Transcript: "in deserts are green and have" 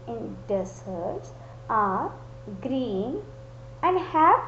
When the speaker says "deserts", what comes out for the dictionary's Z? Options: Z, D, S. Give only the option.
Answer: S